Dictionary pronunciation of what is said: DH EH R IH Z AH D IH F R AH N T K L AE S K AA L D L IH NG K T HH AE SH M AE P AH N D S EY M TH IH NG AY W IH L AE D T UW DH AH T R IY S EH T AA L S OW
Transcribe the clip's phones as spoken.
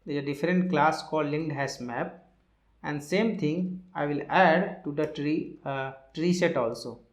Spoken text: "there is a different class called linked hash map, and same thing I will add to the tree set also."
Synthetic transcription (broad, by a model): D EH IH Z AH D IH F R AH N T K L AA S K AA L D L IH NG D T HH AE S M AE P AH N D S EY M T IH NG AY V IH L AE D T UW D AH T R IY S EH T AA L S OW